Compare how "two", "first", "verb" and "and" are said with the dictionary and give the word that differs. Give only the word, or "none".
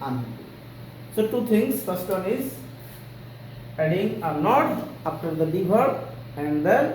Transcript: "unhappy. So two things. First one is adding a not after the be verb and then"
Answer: verb